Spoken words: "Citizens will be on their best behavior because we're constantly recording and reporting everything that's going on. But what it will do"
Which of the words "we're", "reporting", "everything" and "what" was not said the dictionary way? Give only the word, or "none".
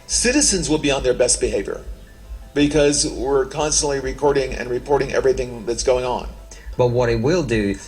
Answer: none